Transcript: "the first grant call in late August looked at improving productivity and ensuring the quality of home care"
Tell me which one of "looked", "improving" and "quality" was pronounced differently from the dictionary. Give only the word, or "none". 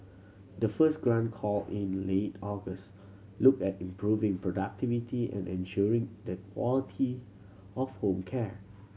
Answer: looked